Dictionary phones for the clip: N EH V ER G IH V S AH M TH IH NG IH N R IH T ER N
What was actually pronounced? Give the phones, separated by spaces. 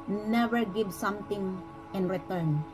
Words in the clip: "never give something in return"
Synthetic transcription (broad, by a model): N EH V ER G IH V S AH M T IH NG IH N R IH T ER N